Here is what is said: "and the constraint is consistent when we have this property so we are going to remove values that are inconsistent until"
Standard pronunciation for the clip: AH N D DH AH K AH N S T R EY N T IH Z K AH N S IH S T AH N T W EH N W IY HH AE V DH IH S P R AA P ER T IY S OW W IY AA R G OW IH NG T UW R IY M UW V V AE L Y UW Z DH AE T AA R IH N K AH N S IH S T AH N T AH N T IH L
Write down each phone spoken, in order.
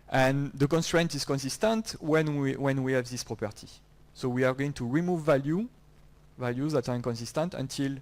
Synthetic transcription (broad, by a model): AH N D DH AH K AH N S T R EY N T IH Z K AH N S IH S T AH N T W EH N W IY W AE V DH IH S P R AA P ER T IY S OW W IY AA R G OW IH NG T UW R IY M UW V V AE L Y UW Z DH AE T AA R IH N K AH N S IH S T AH N T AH N T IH L